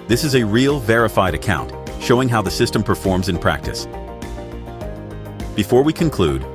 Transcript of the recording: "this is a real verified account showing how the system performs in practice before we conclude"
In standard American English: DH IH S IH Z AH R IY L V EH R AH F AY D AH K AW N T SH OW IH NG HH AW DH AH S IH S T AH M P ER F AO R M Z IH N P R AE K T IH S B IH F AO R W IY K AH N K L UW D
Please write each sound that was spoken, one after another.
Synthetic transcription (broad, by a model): DH IH S IH Z AH R IY L V EH R AH F AY D AH K AW N T SH OW IH NG HH AW DH AH S IH S T AH M P ER F AO R M Z IH N P R AE K T IH S B IH F AO R W IY K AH N K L UW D